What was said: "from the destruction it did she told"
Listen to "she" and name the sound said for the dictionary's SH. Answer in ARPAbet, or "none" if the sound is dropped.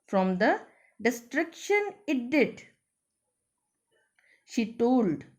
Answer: SH